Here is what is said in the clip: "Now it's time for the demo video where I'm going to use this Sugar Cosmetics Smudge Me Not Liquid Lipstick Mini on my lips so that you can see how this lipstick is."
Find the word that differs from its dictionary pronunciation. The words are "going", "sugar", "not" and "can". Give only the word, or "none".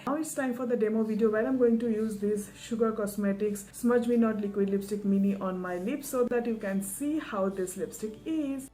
none